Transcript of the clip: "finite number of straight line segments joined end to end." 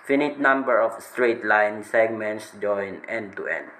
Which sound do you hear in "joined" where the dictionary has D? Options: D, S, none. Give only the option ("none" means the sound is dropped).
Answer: none